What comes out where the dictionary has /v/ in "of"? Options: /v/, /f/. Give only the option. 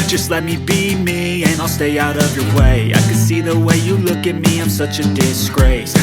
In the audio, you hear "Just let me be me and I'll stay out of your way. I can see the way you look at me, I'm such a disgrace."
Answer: /v/